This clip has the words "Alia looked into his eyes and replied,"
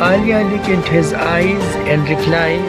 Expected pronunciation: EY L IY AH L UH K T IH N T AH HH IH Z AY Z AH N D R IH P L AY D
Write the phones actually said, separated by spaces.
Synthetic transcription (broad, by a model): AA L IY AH L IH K IH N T HH IH Z AY Z AH N D R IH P L AY